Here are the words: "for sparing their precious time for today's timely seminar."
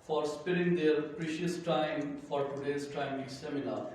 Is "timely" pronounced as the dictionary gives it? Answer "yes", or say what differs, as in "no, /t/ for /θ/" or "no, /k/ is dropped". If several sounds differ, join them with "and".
no, /l/ is dropped